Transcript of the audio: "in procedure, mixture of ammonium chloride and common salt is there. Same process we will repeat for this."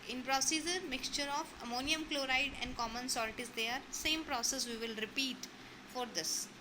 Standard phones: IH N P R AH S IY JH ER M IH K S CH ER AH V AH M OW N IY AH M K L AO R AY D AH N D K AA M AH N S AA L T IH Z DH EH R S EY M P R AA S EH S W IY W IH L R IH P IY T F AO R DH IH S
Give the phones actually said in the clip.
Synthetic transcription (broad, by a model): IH N P R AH S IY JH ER M IH K S CH ER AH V AH M OW N IY AH M K L AO R AY D AH N D K AA M AH N S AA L T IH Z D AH R S EY M P R AA S EH S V IY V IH L R IH P IY T F AO R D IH S